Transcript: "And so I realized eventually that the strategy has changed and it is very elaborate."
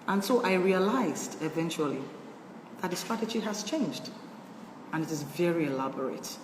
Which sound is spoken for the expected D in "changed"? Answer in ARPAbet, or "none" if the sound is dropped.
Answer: D